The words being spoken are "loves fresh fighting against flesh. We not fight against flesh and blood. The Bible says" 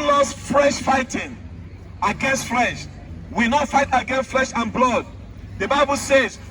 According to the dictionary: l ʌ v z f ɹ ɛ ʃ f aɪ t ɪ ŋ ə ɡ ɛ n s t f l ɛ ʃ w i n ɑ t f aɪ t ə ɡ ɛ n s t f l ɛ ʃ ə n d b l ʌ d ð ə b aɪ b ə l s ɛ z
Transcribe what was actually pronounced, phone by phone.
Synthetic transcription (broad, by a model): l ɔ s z f ɹ ɛ ʃ f aɪ t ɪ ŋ ə ɡ ɛ n s t f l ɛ ʃ w i n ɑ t f aɪ t ə ɡ ɛ n s t f l ɛ ʃ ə n b l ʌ d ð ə b aɪ b ə l s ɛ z